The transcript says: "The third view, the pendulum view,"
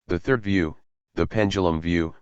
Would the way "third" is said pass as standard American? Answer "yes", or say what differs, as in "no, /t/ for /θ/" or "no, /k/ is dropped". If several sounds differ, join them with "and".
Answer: yes